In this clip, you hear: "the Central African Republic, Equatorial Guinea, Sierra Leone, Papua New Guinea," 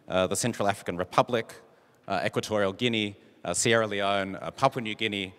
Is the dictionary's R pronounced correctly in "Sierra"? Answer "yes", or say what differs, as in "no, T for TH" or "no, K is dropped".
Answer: yes